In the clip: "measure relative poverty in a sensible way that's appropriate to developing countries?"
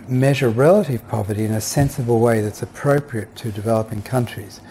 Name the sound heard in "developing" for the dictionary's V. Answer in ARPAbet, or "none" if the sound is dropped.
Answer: V